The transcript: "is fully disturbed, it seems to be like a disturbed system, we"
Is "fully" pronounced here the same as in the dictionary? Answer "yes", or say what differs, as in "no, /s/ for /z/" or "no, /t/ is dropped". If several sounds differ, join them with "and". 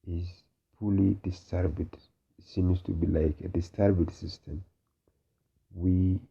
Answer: no, /p/ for /f/